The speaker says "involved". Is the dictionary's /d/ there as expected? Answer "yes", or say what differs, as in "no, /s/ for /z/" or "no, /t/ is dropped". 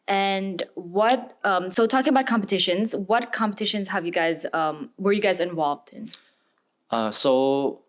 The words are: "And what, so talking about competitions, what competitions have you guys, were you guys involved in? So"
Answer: yes